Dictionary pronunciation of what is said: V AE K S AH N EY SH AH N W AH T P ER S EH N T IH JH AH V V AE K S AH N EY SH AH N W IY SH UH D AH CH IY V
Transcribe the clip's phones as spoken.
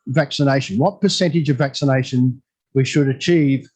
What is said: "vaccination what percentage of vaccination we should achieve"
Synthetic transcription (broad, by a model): V AE K S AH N EY SH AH N W AH T P ER S EH N T IH JH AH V V AE K S AH N EY SH AH N W IY SH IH D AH CH IY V